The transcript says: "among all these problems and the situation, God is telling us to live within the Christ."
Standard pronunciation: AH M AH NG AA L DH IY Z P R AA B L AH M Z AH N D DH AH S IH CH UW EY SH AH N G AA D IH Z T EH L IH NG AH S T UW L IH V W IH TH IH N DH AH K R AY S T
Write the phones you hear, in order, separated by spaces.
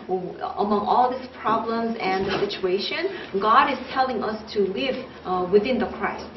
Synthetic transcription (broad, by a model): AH M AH NG AA L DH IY S P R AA B L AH M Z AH N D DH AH S IH CH UW EY SH AH N G AA D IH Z T EH L IH NG AH S T UW L IH V W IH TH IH N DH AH K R AY S T